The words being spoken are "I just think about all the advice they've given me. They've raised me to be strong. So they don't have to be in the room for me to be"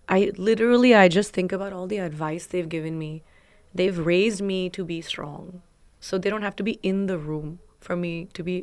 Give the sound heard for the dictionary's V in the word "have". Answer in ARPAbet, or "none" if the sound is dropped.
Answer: F